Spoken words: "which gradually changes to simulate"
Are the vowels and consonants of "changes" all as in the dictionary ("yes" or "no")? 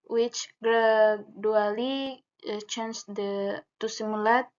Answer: no